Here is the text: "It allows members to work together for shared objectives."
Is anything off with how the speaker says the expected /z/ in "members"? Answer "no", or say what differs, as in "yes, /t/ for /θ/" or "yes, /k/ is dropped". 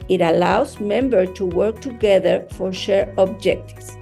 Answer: yes, /z/ is dropped